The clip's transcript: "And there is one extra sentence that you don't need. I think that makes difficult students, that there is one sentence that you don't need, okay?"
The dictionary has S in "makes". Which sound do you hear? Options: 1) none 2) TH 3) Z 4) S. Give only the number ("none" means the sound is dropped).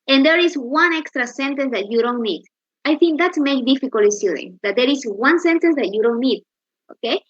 1